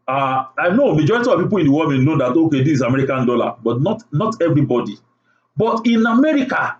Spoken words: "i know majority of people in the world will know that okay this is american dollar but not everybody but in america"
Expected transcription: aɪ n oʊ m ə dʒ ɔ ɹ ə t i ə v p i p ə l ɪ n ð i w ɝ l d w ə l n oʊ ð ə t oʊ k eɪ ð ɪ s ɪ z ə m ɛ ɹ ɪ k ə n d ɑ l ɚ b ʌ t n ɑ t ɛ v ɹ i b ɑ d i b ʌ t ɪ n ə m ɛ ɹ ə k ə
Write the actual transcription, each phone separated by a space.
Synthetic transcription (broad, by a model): aɪ n oʊ m ə dʒ ɔ ɹ ə t i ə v p i p ə l ɪ n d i w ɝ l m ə n n oʊ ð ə t oʊ k eɪ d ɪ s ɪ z ə m ɛ ɹ ɪ k ə n d ɑ l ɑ b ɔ t n ɑ t ɛ v ɹ i b ɑ d i b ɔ t ɪ n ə m ɛ ɹ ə k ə